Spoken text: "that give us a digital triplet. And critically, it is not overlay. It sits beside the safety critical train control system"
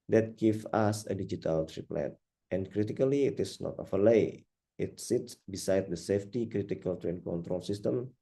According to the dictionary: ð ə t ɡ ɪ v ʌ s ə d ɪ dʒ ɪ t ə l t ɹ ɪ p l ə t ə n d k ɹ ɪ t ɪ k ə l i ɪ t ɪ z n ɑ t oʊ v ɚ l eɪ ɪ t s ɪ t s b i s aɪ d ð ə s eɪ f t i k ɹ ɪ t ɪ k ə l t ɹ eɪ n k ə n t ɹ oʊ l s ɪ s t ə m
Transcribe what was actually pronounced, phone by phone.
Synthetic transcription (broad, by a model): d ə t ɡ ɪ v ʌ s ə d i dʒ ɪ t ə l t ɹ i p l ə t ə n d k ɹ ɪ t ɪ k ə l i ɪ t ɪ s n ɑ t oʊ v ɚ l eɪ ɪ t s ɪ t s b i s aɪ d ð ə s eɪ f t i k ɹ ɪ t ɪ k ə l t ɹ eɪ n k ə n t ɹ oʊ l s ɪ s t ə m